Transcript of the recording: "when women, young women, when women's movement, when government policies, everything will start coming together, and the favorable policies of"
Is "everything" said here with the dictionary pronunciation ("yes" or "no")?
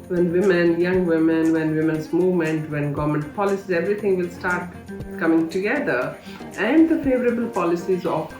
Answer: no